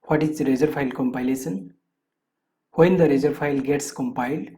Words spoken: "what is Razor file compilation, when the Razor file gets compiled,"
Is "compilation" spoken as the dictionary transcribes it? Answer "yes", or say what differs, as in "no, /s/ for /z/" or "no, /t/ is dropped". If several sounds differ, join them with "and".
no, /s/ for /ʃ/